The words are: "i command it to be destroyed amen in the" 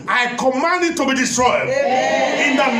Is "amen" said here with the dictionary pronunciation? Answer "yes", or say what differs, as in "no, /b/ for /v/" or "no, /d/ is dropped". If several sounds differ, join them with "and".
no, /m/ is dropped